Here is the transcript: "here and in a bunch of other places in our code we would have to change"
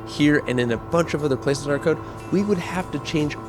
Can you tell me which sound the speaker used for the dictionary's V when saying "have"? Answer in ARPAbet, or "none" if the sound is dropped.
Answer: F